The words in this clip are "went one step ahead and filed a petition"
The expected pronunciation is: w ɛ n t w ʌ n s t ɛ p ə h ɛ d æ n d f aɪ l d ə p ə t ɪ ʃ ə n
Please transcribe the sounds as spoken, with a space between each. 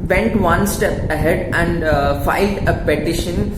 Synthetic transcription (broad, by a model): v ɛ n t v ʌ n s t ɛ p ə h ɛ d æ n d f aɪ l d ə p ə t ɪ ʃ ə n